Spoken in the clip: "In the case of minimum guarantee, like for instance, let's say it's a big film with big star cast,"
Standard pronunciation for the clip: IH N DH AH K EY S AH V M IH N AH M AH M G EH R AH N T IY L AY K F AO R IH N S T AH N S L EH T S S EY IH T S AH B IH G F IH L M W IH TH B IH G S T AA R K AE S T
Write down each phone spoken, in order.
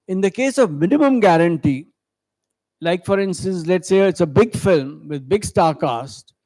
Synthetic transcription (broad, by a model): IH N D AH K EY S AH V M IH N AH M AH M G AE R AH N T IY L AY K F AO R IH N S T AH N S L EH T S S EY IH T S AH B IH G F IH L M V IH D B IH G S T AA R K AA S T